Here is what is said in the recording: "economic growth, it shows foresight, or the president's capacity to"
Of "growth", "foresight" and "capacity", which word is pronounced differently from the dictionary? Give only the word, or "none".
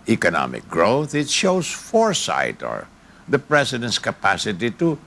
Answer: none